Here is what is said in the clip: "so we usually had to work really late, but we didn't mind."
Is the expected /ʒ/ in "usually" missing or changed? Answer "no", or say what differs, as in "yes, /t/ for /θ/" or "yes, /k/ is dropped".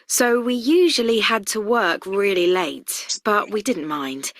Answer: no